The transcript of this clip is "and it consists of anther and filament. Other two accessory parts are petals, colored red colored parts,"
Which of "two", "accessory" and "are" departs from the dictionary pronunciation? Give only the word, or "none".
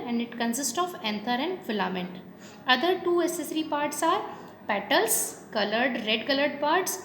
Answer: accessory